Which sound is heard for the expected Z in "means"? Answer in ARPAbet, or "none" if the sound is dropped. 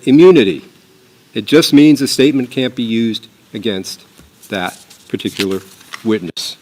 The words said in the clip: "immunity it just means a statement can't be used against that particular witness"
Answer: Z